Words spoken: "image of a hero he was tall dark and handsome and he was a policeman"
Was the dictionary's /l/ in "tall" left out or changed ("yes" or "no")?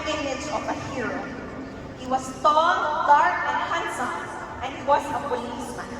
yes